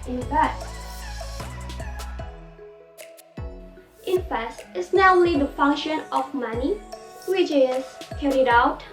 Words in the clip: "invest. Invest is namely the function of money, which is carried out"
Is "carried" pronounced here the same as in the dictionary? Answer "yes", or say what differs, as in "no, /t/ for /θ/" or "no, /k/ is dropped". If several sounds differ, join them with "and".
yes